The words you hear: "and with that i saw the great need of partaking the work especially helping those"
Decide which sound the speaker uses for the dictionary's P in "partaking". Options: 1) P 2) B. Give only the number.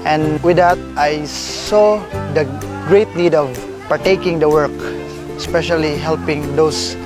1